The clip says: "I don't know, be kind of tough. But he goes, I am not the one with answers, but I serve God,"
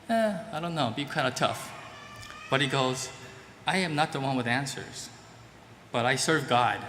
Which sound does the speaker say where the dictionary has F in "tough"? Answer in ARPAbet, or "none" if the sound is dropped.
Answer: F